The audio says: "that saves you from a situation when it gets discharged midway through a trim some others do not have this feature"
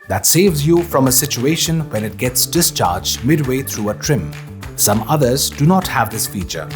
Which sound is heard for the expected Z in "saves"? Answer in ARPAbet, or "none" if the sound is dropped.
Z